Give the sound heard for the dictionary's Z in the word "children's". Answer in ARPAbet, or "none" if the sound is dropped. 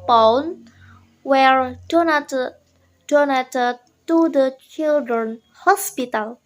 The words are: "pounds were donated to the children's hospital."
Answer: none